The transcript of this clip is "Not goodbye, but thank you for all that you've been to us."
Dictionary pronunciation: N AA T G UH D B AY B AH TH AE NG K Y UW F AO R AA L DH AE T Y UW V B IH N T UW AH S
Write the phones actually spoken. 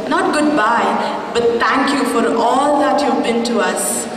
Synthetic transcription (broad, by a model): N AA T G UH D B AY B AH T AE NG K Y UW F AO R AA L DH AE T Y UW V B IH N T UW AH S